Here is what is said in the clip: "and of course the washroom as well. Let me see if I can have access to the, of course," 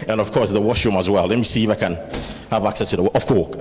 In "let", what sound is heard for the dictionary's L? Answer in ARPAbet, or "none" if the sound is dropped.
L